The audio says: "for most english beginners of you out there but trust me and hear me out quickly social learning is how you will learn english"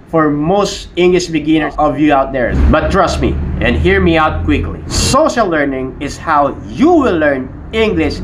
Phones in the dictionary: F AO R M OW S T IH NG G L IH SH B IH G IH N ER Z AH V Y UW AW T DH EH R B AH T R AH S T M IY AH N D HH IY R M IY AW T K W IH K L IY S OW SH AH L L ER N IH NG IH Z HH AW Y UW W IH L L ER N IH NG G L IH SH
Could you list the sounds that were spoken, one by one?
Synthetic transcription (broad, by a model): F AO R M OW S T IH NG G L IH SH B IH G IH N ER AH V Y UW AW T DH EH R B AH T R AH S T M IY AH N D HH IY R M IY AW T K W IH K L IY S OW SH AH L L ER N IH NG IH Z HH AW Y UW W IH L L ER N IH NG G L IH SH